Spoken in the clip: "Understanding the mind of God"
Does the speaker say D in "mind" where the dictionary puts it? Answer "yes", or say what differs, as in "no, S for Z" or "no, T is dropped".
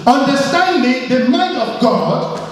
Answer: no, D is dropped